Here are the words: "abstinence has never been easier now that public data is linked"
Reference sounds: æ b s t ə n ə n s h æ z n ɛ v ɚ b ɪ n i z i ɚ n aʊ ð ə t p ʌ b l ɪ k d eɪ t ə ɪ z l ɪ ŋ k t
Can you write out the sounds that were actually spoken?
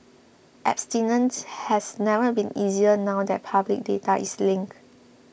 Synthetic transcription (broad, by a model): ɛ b s t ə n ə n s h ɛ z n ɛ v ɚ b ɪ n i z i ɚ n aʊ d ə t p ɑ b l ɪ k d eɪ t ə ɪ s l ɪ ŋ k